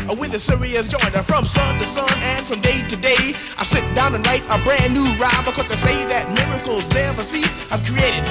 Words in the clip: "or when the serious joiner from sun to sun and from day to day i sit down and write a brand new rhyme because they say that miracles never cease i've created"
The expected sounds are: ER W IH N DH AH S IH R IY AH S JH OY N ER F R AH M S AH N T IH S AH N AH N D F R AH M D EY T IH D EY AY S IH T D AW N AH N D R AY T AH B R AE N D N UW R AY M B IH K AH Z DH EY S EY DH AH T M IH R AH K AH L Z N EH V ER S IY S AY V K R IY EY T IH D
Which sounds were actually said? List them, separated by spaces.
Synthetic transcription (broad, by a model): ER W IH N DH AH S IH R IY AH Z JH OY N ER F R AH M S AH N T IH S AH N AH N F R AH M D EY T IH D EY AY S IH T D AW N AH N R AY T AH B R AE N N UW R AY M B IH K AH Z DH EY S EY DH AH T M IH R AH K L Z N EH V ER S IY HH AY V K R IY EY T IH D